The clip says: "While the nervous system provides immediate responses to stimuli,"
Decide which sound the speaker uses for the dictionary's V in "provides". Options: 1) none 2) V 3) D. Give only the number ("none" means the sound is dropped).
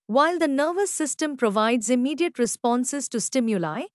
2